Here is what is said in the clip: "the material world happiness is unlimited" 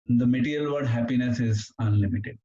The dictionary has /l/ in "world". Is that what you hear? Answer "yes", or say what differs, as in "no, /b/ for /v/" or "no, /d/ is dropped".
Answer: no, /l/ is dropped